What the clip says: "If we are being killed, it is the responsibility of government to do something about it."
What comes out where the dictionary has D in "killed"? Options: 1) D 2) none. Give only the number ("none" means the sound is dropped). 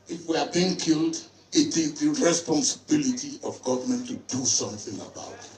1